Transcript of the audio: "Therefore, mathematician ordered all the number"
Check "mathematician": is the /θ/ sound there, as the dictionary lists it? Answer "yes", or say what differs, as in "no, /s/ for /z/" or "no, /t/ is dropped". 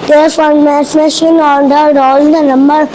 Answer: no, /s/ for /θ/